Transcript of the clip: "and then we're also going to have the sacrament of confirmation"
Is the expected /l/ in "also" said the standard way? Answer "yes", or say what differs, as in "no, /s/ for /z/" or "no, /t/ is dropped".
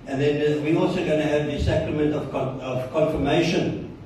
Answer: yes